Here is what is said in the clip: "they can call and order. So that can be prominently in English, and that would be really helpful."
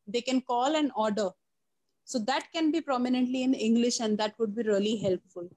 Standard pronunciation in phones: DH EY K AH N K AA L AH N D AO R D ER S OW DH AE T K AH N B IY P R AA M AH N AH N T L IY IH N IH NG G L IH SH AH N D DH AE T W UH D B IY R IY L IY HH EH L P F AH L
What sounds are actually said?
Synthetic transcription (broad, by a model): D EY K AH N K AA L AH N D AO R D ER S OW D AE T K AH N B IY P R AA M AH N AH N T L IY IH N IH NG G L IH SH AH N D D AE T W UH D B IY R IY L IY HH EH L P F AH L